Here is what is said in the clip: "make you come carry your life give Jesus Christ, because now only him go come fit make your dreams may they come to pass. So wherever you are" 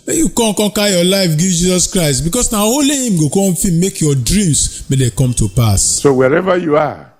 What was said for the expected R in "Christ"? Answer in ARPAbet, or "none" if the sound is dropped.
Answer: R